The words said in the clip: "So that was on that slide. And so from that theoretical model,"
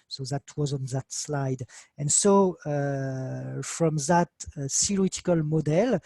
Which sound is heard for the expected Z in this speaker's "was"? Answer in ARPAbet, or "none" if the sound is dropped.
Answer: Z